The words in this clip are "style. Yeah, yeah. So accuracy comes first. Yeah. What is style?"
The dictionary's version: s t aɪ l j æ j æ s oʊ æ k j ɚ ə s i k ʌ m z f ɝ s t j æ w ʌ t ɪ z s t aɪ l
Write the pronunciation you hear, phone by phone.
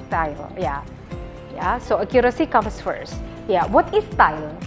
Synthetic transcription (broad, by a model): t aɪ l j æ j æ s oʊ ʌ k j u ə s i k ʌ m s f ɝ s t j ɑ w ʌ t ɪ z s t aɪ l